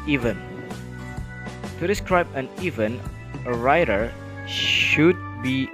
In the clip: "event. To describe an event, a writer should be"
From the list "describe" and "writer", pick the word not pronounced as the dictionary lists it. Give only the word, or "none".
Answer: none